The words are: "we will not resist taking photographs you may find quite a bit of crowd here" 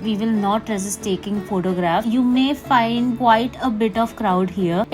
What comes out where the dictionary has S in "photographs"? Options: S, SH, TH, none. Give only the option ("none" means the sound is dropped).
none